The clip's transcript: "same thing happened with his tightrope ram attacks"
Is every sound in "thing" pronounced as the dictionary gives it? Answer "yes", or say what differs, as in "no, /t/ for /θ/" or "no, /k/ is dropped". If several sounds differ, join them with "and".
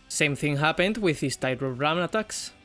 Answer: yes